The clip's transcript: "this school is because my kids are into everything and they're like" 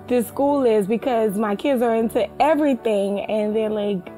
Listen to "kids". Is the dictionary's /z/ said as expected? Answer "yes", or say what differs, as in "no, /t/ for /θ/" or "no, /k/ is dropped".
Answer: yes